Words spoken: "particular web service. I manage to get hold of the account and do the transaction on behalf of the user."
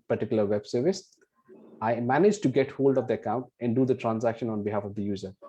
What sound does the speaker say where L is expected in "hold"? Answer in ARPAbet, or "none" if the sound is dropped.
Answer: L